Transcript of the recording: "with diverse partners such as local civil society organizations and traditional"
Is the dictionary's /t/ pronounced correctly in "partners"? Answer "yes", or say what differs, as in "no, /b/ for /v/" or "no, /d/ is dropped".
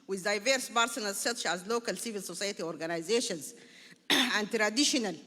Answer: no, /s/ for /t/